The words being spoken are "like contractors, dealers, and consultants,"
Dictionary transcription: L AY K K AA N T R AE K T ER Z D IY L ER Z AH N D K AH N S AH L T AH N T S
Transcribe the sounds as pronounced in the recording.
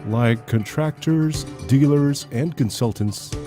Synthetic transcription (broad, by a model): L AY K K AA N T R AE K T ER Z D IY L ER Z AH N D K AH N S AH L T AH N T S